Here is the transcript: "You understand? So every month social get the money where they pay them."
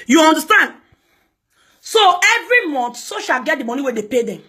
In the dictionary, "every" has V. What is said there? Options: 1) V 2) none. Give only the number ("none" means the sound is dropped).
1